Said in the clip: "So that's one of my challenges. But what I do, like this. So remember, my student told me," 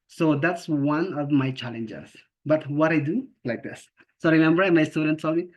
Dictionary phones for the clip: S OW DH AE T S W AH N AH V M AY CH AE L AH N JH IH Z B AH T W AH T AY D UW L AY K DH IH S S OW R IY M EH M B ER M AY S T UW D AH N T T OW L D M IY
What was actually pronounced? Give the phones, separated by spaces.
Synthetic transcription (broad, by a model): S OW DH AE T S W AH N AH V M AY CH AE L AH N JH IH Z B AH T W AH T AY D UW L AY K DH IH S S OW R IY M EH M B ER M AY S T UW D AH N T S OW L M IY